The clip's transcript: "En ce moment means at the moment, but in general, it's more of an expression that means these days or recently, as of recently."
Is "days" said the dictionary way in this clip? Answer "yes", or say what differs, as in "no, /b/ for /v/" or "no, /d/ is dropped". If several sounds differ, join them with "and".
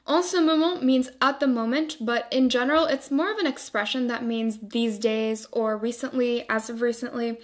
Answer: yes